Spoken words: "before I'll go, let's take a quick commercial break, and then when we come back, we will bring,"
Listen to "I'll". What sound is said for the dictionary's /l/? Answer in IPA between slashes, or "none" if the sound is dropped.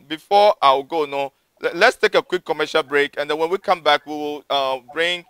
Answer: /w/